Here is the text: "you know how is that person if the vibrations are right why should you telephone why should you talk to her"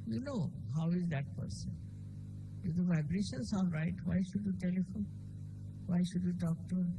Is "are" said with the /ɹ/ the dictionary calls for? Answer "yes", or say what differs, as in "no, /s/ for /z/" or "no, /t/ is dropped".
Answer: no, /l/ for /ɹ/